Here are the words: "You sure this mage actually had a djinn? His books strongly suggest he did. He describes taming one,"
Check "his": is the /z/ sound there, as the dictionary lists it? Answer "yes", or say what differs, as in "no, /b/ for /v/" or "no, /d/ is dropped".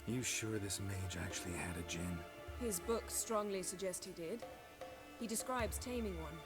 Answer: yes